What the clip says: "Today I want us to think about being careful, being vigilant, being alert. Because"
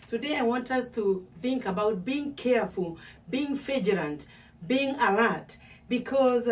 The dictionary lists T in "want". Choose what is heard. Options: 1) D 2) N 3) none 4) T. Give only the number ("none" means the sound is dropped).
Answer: 4